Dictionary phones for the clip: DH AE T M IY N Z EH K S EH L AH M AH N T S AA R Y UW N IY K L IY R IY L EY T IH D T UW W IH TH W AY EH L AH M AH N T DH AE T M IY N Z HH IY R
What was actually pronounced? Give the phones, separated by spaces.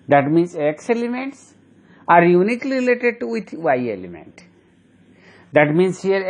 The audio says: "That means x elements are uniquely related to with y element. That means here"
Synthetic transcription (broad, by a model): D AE T M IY N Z EH K S EH L AH M AH N T S AA R Y UW N IY K L IY R IY L EY T IH D T UW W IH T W AY EH L AH M AH N T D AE T M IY N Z HH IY R